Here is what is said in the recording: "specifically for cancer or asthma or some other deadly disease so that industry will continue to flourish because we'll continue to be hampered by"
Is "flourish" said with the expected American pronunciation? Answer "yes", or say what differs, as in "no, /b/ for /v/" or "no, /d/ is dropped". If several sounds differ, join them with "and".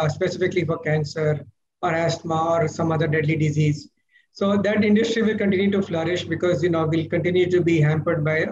yes